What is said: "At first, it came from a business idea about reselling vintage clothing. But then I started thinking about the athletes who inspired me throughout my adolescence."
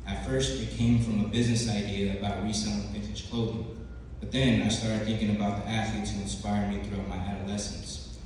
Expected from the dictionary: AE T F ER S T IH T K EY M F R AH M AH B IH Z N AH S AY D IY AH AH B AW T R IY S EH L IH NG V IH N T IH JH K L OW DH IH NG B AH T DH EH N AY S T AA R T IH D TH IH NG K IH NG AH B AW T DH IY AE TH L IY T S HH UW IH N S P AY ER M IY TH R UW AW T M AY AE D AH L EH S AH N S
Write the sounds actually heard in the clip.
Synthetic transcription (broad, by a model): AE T F ER S T IH T K EY M F R AH M AH B IH Z N AH S AY D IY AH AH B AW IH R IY S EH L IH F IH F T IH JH K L OW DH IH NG B AH T DH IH N AY S T AA R T IH D TH IH NG K IH NG AH B AW T DH IY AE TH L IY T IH IH N S P AY ER M IY TH R UW AW T M AY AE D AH L EH S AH N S